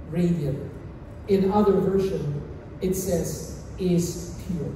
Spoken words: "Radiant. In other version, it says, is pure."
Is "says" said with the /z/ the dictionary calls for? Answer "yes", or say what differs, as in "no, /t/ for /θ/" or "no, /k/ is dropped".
yes